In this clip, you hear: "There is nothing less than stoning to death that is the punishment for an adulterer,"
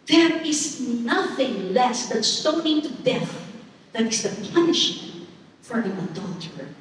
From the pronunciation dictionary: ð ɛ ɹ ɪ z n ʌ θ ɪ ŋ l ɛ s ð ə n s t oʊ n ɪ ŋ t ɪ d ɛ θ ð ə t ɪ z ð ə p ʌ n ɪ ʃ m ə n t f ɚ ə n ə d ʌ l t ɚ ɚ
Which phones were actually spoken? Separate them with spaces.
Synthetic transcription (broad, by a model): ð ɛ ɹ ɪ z n ʌ θ ɪ ŋ l ɛ s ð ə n s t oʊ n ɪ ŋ t ɪ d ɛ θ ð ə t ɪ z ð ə p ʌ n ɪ ʃ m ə n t f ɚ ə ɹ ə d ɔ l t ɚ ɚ